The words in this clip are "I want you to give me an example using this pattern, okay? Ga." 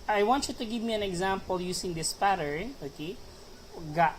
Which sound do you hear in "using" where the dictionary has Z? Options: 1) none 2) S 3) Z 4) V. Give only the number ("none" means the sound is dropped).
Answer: 2